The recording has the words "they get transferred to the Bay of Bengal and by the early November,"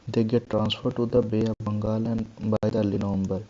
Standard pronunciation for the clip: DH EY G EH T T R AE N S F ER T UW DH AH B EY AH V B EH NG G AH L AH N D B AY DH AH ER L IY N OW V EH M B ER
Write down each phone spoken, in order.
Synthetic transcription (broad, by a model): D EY G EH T T R AE N S F ER T UW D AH B EY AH B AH NG G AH L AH N B AY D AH L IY N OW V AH M B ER